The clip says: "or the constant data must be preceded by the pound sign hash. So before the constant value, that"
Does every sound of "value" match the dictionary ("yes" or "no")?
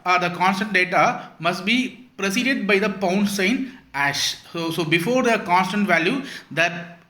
yes